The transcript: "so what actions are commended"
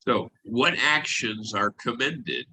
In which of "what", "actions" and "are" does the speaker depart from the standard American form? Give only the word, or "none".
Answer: none